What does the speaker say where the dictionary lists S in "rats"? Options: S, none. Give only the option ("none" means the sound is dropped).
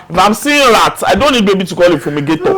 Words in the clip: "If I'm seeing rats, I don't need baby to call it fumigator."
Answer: none